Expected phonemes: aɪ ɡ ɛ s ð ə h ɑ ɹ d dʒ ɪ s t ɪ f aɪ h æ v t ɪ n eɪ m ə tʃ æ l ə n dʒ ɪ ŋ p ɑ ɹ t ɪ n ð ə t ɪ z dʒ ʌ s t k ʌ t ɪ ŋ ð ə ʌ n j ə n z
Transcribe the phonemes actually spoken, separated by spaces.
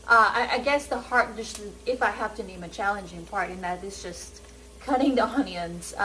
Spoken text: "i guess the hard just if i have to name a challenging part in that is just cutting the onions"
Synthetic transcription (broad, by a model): aɪ ɡ ɛ s ð ə h ɑ ɹ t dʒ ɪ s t ɪ f aɪ h æ f t ɪ n eɪ m ə tʃ æ l ə n dʒ ɪ ŋ p ɑ ɹ t ɪ n ð ə t ɪ z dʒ ʌ s t k ʌ t ɪ ŋ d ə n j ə n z